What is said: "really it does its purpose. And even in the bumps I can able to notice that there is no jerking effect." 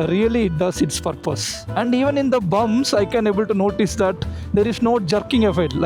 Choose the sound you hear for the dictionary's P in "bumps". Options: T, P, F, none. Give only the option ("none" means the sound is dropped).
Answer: none